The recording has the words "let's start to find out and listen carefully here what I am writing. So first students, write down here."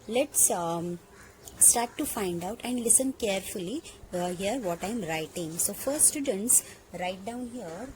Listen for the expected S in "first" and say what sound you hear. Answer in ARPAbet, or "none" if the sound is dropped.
none